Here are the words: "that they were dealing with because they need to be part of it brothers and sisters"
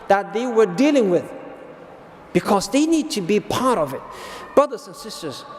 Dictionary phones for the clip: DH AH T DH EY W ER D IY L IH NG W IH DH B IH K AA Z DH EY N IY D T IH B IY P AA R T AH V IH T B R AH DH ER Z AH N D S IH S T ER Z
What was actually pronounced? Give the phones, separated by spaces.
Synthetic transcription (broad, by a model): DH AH T DH EY W ER D IY L IH NG W IH DH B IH K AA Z DH EY N IY D T IH B IY P AA R T AH V IH T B R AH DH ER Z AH N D S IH S T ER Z